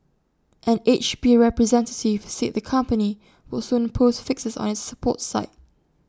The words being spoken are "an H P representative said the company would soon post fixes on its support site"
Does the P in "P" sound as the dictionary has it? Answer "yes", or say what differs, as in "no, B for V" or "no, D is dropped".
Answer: no, B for P